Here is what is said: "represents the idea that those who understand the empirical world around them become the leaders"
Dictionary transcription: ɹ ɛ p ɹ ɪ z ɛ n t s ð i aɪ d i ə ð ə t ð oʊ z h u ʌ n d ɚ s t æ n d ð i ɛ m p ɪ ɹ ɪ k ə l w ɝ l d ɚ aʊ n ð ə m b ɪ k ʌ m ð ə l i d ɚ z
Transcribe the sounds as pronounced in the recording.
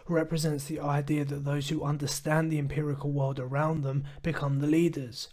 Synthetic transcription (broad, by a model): ɹ ɛ p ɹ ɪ z ɛ n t s ð i aɪ d i ə ð ə t ð oʊ z h u ʌ n d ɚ s t æ n ð i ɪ m p ɪ ɹ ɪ k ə l w ɝ l d ɚ aʊ n ð ə m b ɪ k ʌ m ð ə l i d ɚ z